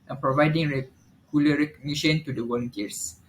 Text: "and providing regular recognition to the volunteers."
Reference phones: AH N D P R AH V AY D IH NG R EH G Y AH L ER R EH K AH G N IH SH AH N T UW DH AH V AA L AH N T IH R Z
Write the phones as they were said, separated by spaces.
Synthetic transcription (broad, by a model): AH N P R AH V AY D IH NG R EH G Y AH L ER R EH K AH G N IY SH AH N T UW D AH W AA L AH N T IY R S